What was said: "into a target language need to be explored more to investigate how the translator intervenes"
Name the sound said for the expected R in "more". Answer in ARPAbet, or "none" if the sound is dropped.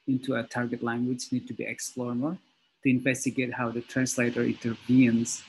L